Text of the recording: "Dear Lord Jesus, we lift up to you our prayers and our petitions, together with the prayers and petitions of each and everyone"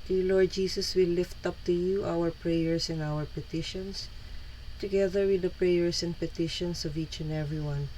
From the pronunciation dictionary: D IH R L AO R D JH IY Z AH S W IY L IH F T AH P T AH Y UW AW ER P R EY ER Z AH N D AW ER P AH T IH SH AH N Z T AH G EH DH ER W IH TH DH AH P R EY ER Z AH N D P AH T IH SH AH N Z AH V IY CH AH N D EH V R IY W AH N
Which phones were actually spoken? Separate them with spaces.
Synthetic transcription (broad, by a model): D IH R L AO R D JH IY S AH S W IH L IH F T AH P T AH Y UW AW ER P R EY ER S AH N AW ER P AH T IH SH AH N S T AH G EH DH ER W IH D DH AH P R EY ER S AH N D P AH T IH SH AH N S AH V IY CH AH N D EH V R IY W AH N